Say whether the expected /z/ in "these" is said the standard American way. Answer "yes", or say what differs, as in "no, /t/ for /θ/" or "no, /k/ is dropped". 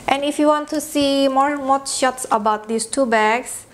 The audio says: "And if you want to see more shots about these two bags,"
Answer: no, /s/ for /z/